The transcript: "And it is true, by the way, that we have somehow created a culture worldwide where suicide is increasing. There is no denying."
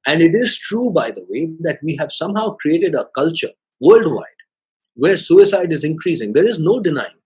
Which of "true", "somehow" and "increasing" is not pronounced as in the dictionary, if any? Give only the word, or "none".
none